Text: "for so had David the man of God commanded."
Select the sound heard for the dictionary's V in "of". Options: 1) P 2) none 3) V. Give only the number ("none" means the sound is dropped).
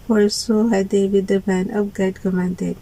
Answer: 1